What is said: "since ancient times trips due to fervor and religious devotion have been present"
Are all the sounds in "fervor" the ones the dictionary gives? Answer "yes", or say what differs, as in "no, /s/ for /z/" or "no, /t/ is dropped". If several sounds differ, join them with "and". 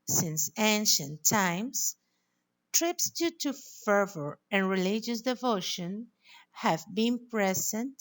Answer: yes